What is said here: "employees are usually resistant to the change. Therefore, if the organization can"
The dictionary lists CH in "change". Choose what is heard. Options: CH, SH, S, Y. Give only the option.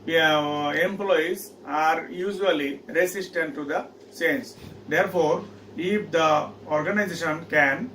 S